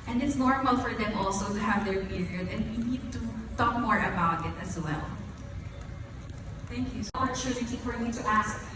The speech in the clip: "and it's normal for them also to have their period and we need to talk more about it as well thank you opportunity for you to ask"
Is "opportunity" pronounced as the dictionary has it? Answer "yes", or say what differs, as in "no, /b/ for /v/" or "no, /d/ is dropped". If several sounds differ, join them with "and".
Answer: no, /p/ is dropped